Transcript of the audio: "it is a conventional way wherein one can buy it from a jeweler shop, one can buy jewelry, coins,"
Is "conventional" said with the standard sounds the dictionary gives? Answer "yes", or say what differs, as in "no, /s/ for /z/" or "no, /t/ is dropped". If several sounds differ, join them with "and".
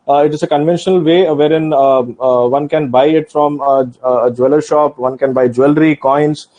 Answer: yes